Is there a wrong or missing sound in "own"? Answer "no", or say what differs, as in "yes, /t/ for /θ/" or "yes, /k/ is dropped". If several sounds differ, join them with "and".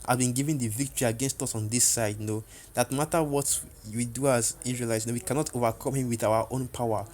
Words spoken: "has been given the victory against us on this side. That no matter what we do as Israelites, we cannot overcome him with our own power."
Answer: no